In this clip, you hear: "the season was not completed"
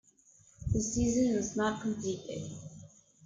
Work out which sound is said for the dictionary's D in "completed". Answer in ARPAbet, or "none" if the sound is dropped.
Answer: none